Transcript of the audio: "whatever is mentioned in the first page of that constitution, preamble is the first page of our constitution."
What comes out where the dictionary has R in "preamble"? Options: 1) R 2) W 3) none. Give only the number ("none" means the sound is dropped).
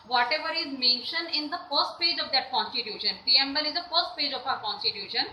3